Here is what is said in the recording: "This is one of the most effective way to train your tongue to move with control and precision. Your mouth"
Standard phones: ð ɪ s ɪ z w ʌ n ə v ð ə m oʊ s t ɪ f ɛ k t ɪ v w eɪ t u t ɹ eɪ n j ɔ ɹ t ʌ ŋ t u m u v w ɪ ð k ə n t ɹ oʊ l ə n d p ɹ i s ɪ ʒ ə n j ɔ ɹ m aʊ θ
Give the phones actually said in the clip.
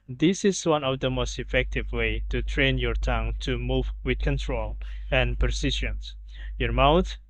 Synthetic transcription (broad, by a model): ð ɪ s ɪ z w ʌ n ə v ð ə m oʊ s t ɪ f ɛ k t ɪ v w eɪ t u t ɹ eɪ n j ɔ ɹ t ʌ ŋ t u m u v w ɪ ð k ə n t ɹ oʊ l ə n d p ɹ s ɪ ʃ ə n j ɔ ɹ m aʊ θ